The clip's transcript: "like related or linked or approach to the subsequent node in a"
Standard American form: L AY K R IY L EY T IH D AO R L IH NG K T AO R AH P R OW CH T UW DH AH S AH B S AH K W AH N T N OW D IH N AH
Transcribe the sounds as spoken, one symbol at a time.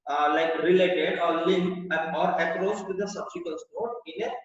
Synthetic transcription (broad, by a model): L AY K R IY L EY T IH D AO R L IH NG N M AO R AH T R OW S T UW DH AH S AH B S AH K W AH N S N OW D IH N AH